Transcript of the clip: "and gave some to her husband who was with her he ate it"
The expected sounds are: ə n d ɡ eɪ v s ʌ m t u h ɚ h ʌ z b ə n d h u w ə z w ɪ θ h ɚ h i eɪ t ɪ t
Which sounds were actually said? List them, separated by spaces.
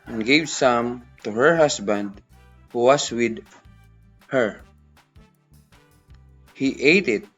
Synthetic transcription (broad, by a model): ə n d ɡ eɪ v s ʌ m t u h ɚ h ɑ s b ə n d h u w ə s w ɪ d h ɚ h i eɪ t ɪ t